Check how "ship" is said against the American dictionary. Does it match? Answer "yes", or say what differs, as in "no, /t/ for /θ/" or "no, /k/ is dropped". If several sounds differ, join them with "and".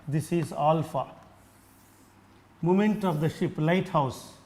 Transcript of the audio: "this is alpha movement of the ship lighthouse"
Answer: yes